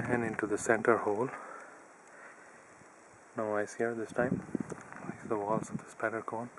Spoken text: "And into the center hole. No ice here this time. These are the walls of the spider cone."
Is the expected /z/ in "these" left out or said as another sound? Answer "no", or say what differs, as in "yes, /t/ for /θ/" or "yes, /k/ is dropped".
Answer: yes, /z/ is dropped